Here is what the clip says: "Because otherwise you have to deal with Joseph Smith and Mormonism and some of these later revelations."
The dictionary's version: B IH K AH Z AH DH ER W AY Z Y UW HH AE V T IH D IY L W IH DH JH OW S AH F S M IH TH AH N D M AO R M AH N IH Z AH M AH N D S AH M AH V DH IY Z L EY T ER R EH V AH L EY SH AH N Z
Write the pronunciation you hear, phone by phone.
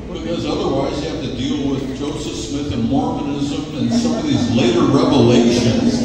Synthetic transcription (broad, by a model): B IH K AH Z AH DH ER W AY Z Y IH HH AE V T IH D IY L W IH DH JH OW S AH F S M IH TH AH N M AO R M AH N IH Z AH M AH N S AH M AH V DH IY Z L EY T ER R EH V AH L EY SH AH N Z